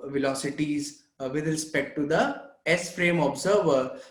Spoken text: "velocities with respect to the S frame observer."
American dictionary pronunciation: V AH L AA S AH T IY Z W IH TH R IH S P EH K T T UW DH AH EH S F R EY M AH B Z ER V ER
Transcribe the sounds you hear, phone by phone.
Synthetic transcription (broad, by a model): V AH L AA S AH T IY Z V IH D R IH S P EH K T T UW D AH EH S F R EY M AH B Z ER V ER